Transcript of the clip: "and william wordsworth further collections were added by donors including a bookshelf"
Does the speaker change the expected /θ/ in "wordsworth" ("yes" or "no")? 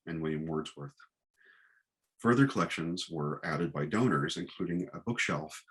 no